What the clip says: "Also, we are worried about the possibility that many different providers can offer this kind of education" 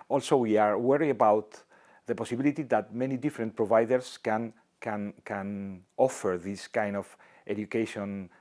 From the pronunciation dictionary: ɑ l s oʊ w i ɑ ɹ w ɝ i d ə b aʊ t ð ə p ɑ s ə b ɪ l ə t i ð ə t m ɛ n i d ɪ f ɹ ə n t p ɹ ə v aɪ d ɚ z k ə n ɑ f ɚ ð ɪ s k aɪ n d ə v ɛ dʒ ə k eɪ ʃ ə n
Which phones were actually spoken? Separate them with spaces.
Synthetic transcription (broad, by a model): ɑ l s oʊ w i ɑ ɹ w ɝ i ə b aʊ t ð ə p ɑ s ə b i l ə t i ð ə t m ɛ n i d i f ɹ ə n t p ɹ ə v aɪ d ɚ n k ə n ɑ f ɚ ð ɪ s k aɪ n d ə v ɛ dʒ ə k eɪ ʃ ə n